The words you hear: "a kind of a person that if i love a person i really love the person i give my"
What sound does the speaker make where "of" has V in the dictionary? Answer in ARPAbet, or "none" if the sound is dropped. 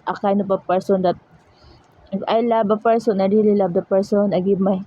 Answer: P